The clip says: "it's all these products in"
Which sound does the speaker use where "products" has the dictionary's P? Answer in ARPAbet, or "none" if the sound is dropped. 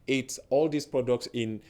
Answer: P